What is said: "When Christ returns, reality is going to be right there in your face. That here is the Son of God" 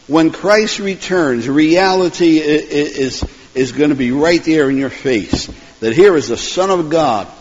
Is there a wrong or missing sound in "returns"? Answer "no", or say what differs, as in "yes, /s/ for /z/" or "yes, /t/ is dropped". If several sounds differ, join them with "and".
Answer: no